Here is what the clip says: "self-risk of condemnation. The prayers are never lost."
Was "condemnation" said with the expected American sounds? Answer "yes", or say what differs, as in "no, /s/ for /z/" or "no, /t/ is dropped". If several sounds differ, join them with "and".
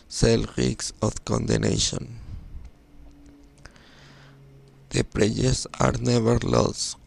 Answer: no, /m/ is dropped